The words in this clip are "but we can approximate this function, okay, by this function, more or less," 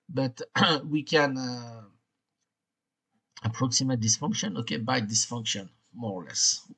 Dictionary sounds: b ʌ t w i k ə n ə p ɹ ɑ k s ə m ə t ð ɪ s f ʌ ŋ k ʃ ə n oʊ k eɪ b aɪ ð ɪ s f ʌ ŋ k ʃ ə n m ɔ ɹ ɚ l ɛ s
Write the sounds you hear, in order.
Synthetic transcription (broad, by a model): b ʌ t w i k ə n ə p ɹ ɑ k s ə m ə t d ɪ s f ʌ ŋ k ʃ ə n oʊ k eɪ b aɪ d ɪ s f ʌ ŋ k ʃ ə n m ɔ ɹ l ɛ s